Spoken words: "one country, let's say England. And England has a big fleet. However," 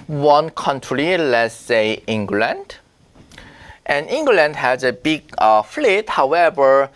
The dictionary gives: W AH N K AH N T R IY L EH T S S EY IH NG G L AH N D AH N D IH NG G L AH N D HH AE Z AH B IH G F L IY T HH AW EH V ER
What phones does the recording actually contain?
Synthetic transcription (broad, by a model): W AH N K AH N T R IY L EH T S S EY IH NG G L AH N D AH N IH NG G L AH N D HH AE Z AH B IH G F L IY T HH AW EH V ER